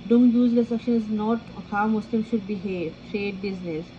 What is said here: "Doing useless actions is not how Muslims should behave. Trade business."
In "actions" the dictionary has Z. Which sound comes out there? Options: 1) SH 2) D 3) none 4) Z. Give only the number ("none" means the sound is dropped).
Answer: 3